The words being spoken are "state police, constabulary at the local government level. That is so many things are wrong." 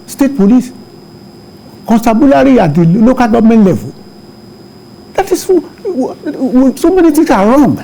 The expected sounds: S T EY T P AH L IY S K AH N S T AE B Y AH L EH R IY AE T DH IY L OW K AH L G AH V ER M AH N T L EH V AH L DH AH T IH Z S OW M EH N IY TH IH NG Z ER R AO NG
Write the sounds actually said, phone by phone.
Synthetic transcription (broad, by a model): S T EY T P AH L IY S K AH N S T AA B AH L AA R IY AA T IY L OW K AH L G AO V M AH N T L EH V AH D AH T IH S S OW M EH N IY T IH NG S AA R AO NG